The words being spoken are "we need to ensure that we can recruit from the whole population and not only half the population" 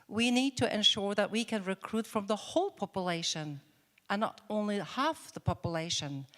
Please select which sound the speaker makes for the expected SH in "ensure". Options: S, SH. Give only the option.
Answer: SH